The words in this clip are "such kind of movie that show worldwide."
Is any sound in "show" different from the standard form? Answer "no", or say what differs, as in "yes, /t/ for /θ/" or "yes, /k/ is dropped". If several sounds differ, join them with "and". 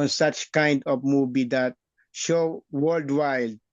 no